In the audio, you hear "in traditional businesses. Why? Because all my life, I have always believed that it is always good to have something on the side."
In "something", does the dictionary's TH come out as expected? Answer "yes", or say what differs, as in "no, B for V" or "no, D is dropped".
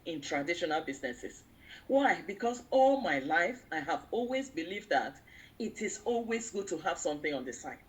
yes